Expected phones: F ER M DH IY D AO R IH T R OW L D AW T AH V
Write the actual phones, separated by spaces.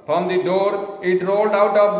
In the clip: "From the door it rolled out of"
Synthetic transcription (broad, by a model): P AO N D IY D AO R IH T R OW L D AW T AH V